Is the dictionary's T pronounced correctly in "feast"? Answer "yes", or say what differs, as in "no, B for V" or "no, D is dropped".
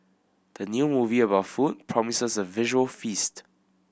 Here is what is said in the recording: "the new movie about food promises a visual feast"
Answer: yes